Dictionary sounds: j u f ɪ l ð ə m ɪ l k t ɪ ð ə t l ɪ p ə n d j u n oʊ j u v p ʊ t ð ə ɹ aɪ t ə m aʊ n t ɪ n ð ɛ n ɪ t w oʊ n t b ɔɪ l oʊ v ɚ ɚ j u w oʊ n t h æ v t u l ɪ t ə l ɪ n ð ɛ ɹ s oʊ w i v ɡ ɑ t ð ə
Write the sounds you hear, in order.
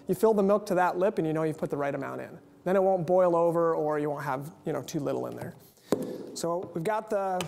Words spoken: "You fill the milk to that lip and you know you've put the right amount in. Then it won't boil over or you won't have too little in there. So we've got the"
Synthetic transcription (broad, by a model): j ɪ f ɪ l ð ə m ɪ l k t ɪ ð ə t l ɪ p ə n j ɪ n oʊ j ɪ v p ʊ t ð ə ɹ aɪ t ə m aʊ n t ɪ n ð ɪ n ɪ t w oʊ n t b ɔɪ l oʊ v ɚ ɚ j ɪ w oʊ n t h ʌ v t u l ɪ t l ɪ n ð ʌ ɹ s oʊ w i v ɡ ɑ t ð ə